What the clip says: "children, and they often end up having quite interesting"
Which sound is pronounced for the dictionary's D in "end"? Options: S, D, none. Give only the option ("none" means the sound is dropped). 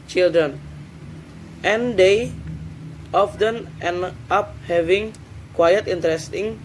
none